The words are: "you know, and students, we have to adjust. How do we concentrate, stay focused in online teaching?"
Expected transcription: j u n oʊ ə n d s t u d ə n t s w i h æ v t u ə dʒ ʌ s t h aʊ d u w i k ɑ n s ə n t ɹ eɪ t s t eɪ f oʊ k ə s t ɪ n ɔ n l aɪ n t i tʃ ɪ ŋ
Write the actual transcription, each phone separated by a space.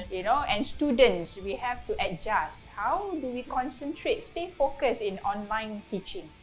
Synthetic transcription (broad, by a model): j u n oʊ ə n s t u d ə n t s w i h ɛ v t u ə dʒ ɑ s h aʊ d u w i k ɑ n s ə n t ɹ eɪ t s t eɪ f oʊ k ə s ɪ n ɔ n l aɪ n t i tʃ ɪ ŋ